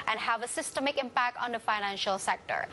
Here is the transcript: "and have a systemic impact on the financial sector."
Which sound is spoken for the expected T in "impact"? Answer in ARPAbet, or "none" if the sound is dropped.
T